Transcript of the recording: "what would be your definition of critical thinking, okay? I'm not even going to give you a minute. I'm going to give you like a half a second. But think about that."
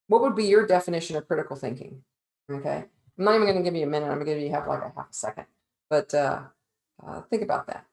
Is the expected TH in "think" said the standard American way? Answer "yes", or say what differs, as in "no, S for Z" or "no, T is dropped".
yes